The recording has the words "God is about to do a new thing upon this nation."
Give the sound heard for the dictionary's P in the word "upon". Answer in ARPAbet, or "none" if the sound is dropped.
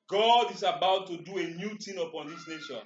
P